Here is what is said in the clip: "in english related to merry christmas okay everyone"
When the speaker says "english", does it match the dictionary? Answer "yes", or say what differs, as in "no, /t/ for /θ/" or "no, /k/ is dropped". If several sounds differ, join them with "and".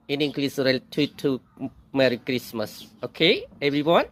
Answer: no, /s/ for /ʃ/